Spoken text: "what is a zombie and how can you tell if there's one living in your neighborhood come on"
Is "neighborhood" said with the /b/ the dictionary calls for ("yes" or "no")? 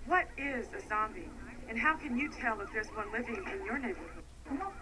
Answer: no